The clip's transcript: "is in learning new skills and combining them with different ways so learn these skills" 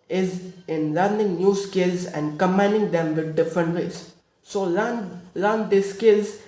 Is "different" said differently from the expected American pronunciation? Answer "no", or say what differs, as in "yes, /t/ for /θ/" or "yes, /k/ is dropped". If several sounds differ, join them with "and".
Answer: no